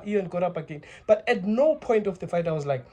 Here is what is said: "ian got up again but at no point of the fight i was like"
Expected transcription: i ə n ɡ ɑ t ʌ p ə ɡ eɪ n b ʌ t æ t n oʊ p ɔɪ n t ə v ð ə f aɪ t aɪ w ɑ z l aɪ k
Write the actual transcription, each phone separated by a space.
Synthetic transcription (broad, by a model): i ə n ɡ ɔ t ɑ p ə ɡ eɪ n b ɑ t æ t n oʊ p ɔɪ n t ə f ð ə f aɪ t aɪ w ɑ z l aɪ k